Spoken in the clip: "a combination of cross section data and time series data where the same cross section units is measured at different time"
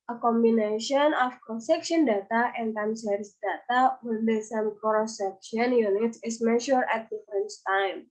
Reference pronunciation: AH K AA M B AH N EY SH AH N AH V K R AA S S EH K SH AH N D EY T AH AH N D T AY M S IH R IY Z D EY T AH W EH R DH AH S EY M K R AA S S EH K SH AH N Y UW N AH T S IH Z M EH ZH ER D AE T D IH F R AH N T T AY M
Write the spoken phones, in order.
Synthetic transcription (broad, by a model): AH K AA M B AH N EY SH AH N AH F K R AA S S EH K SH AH N D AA T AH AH N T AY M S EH R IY S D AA T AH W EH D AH S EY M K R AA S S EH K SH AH N Y UW N AH T S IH S M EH SH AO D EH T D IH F R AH N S T AY M